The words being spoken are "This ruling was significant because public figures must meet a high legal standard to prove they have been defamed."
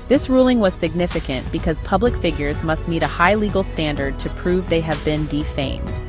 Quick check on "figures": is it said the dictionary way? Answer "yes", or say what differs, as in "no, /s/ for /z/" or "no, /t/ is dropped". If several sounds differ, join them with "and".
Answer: yes